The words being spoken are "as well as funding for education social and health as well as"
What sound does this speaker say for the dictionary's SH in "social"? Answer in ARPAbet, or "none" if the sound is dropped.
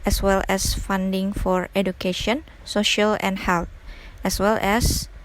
SH